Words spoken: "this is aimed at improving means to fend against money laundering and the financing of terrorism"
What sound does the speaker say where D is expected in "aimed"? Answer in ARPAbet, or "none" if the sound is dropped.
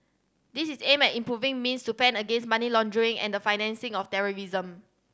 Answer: none